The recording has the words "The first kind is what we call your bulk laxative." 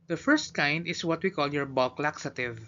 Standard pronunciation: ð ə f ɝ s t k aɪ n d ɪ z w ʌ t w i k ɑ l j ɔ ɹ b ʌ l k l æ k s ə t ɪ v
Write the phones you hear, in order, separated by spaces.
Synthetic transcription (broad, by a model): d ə f ɝ s t k aɪ n d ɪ s w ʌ t w i k ɑ l j ɔ ɹ b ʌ l k l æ k s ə t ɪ v